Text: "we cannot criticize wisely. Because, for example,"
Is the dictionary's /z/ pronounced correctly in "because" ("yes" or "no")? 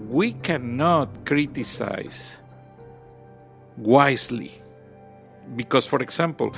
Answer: no